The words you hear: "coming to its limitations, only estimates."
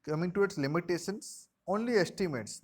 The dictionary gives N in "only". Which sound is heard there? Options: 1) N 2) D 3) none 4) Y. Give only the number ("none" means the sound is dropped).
1